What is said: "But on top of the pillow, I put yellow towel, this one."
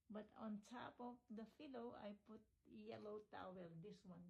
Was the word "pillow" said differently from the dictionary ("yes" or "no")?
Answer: yes